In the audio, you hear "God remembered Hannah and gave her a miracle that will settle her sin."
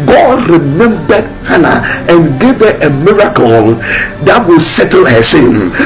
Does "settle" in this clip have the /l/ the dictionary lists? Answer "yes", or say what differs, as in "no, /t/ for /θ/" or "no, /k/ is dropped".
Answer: yes